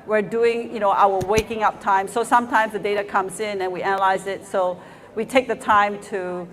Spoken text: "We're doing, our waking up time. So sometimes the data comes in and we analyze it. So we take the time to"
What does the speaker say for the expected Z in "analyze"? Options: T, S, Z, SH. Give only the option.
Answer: Z